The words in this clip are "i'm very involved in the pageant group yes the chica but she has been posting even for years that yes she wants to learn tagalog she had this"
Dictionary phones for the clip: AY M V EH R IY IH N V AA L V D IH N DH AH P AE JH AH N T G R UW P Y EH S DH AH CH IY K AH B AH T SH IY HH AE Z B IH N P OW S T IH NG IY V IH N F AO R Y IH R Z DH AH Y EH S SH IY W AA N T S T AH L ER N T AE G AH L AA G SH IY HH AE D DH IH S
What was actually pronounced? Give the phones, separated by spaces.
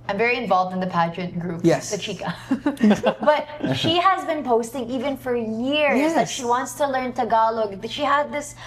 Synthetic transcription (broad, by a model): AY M V EH R IY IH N V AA L V D IH N DH AH P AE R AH T G R UW P Y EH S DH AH CH IY K AH B AH T SH IY HH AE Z B IH N P OW S T IH NG IY V IH N F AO R Y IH R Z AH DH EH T SH IY W AA N T S T AH L ER N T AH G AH L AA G SH IY HH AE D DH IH S